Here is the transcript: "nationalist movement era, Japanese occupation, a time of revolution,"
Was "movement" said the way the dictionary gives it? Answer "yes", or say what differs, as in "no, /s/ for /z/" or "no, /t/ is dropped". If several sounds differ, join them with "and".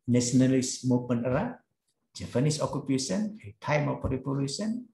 no, /p/ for /v/ and /t/ is dropped